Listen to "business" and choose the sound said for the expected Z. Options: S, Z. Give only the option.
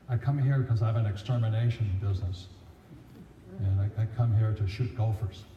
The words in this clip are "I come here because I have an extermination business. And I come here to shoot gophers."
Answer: Z